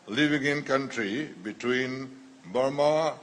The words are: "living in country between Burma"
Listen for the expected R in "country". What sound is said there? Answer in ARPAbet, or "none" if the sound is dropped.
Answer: R